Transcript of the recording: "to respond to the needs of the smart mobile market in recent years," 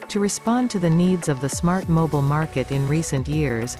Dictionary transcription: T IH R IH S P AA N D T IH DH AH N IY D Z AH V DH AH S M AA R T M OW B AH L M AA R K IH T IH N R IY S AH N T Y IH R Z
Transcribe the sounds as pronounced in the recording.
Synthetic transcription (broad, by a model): T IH R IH S P AA N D T IH DH AH N IY D Z AH V DH AH S M AA R T M OW B L M AA R K IH T IH N R IY S AH N T Y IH R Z